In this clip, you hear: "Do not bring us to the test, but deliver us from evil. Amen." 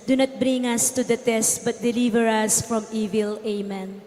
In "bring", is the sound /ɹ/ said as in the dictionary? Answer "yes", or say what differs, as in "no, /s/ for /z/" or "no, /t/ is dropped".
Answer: yes